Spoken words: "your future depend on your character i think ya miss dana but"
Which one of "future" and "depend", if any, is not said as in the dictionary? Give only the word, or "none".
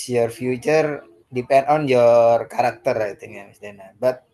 none